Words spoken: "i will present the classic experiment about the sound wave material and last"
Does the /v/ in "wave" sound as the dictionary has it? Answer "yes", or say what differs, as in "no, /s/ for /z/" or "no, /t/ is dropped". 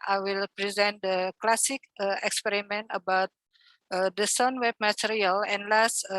no, /b/ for /v/